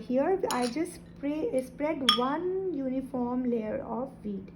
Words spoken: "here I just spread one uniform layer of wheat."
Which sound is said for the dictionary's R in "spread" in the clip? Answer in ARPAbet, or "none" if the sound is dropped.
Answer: R